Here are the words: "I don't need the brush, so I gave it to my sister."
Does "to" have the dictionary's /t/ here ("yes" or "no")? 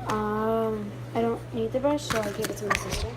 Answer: no